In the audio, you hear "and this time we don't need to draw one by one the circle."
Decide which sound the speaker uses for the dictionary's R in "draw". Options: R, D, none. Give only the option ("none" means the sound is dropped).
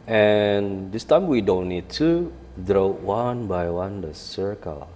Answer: R